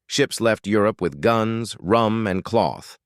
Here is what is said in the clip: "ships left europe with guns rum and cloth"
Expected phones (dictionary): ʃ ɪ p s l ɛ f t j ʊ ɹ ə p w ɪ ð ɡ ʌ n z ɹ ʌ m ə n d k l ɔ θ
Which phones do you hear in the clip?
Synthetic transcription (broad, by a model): ʃ ɪ p s l ɛ f t j ʊ ɹ ə p w ɪ ð ɡ ʌ n z ɹ ʌ m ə n k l ɔ θ